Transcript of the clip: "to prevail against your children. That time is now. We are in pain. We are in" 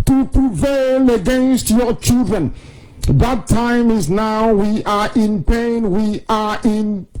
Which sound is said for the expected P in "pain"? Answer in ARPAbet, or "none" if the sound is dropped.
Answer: P